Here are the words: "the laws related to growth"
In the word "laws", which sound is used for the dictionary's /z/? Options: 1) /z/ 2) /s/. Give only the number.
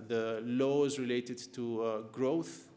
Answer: 1